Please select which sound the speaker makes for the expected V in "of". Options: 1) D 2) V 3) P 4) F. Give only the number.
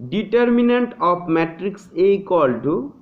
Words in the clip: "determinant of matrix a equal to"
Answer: 3